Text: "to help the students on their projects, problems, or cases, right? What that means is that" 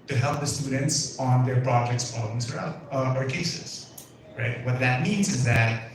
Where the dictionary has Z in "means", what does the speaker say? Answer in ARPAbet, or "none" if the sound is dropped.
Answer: Z